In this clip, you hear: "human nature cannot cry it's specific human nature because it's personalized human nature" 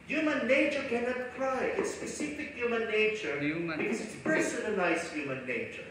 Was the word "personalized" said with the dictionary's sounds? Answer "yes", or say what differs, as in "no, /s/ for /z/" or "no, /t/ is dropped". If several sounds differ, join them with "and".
no, /n/ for /l/